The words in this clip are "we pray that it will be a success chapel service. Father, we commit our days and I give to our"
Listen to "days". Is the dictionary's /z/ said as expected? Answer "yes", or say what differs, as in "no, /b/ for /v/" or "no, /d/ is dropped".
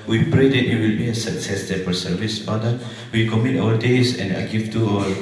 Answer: no, /s/ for /z/